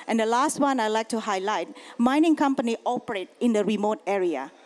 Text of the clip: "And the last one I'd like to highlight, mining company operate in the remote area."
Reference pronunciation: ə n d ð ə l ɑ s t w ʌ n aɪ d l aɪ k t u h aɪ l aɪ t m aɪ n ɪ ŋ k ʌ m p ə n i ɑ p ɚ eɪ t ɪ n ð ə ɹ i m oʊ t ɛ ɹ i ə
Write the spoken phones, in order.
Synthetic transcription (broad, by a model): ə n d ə l ɑ s t w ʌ n aɪ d l aɪ k t u h aɪ l aɪ t m aɪ n ɪ ŋ k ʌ m p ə n i ɑ p ɚ eɪ t ɪ n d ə ɹ i m oʊ t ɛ ɹ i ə